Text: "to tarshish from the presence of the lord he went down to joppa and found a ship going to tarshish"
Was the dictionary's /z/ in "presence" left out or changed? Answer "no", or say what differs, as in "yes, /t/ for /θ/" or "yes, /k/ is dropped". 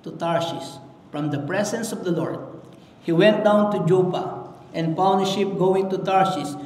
yes, /s/ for /z/